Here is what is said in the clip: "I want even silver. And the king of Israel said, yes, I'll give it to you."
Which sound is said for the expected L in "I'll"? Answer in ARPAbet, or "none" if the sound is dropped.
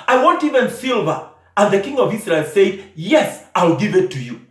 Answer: L